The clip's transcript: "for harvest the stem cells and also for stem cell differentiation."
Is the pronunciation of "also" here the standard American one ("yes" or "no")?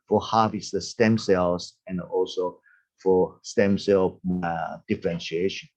yes